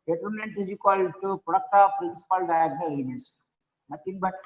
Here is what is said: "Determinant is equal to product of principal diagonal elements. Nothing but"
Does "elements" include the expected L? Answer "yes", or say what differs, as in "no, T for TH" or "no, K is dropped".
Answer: no, L is dropped